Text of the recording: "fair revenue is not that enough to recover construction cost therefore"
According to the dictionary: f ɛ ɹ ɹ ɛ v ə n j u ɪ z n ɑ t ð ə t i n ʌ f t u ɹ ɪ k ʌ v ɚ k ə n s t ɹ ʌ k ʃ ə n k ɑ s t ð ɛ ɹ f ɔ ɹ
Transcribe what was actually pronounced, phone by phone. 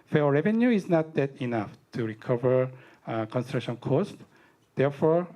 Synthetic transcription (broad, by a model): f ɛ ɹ ɹ ɛ v ə n j u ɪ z n ɑ t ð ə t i n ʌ f t u ɹ ɪ k ʌ v ɚ k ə n s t ɹ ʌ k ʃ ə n k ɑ s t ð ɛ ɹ f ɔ ɹ